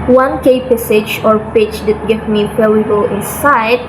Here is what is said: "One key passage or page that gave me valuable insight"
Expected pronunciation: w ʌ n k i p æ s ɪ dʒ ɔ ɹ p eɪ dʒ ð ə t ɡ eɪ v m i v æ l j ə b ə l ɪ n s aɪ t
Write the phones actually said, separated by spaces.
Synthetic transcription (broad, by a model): w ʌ n k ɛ p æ s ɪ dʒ ɔ ɹ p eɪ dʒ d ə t ɡ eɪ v m i p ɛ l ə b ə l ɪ n s aɪ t